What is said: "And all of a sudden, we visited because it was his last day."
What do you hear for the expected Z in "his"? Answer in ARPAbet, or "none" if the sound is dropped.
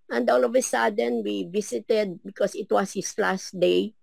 S